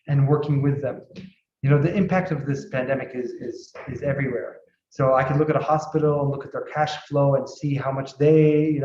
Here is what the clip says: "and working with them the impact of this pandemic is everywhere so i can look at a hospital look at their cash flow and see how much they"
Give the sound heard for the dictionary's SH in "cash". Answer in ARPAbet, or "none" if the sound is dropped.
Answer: SH